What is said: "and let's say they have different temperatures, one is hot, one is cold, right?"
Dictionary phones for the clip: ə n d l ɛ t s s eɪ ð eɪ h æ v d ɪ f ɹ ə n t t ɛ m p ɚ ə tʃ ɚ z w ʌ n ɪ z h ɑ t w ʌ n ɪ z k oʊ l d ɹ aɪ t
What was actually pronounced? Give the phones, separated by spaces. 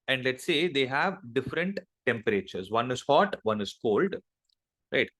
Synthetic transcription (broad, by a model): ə n d l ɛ t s s eɪ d eɪ h æ v d ɪ f ɹ ə n t t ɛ m p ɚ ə tʃ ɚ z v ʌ n ɪ z h ɑ t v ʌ n ɪ z k oʊ l d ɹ aɪ t